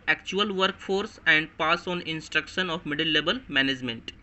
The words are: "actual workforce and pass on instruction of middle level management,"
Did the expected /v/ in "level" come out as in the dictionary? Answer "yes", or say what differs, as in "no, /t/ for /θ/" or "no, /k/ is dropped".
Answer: no, /b/ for /v/